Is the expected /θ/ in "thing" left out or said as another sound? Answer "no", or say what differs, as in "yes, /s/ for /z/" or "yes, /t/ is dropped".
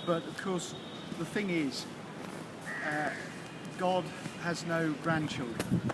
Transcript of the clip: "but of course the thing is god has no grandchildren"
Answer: no